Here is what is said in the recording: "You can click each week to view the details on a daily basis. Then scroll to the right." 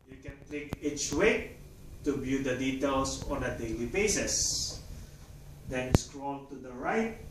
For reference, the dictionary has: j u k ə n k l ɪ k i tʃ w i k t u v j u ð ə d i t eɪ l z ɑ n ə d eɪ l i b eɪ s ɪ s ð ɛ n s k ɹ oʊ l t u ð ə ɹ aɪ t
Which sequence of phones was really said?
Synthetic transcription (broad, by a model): j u k ə n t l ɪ k i tʃ w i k t u b j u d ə d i t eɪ l s ɑ n ə d eɪ l i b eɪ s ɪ s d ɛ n s k ɹ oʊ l t u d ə ɹ aɪ t